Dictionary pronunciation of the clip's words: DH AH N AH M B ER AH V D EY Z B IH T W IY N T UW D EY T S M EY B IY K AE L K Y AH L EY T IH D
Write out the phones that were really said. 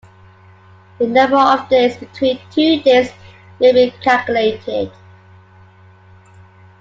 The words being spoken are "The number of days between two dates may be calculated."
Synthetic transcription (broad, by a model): DH AH N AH M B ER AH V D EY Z B IH T W IY N T UW D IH S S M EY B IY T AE K Y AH L EY T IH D